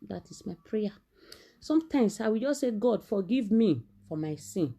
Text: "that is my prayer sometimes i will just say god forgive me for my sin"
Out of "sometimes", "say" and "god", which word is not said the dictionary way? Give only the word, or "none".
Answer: sometimes